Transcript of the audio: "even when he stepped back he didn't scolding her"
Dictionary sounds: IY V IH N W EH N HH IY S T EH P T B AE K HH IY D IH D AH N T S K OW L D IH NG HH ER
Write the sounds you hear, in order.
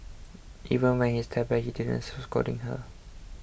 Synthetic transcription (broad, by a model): IY V IH N W EH N HH IY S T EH T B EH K HH IY D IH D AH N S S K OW D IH NG HH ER